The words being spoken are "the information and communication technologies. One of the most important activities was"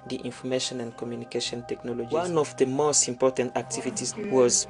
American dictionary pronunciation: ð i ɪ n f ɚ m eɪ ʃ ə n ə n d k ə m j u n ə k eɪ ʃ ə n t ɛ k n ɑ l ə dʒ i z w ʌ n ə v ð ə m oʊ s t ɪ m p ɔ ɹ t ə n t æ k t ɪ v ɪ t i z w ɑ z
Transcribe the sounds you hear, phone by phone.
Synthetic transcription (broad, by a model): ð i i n f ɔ m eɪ ʃ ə n ə n d k ə m j u n ə k eɪ ʃ ə n t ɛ k n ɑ l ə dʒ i w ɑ n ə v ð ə m oʊ s t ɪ m p ɔ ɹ t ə n t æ k t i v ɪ t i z w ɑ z